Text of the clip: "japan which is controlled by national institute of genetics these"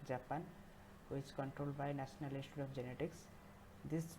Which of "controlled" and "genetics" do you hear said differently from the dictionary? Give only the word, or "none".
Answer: none